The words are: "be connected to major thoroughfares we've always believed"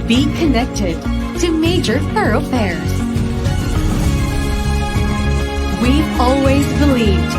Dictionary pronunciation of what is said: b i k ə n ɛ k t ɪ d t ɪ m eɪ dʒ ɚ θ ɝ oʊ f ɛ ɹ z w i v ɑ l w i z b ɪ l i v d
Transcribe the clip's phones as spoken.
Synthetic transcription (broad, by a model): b i k ə n ɛ k t ɪ d t ɪ m eɪ dʒ ɚ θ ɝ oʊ f ɛ ɹ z w i ɑ l w i z b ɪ l i v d